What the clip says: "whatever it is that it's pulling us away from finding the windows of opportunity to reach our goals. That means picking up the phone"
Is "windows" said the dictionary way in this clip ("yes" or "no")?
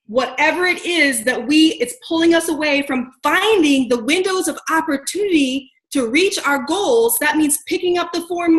yes